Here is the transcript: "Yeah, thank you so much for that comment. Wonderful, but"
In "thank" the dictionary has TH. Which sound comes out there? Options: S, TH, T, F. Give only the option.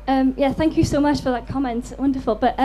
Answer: TH